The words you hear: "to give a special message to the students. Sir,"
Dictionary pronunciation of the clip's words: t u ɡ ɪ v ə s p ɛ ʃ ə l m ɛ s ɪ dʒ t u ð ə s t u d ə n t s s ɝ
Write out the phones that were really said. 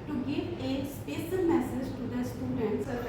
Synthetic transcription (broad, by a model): t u ɡ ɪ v ə s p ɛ s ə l m ɛ s ɪ dʒ t u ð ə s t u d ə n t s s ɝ